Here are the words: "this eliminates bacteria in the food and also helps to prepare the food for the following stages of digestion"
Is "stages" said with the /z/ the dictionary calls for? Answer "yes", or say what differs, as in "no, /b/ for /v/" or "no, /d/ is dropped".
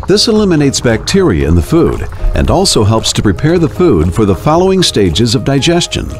yes